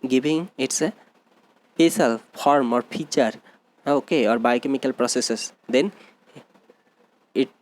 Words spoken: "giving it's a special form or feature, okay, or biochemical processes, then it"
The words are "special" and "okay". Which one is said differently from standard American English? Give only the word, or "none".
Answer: special